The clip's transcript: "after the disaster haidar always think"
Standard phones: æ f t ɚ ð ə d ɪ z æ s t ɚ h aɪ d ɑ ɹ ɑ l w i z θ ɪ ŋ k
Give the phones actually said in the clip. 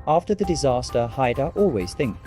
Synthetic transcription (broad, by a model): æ f t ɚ ð ə d ɪ z æ s t ɚ h aɪ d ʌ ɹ ɑ l w i z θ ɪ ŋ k